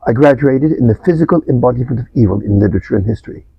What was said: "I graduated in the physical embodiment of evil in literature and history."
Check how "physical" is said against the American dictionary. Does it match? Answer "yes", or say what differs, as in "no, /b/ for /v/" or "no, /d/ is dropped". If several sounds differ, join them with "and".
yes